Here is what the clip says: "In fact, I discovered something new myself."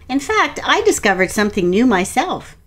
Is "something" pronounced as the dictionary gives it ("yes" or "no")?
yes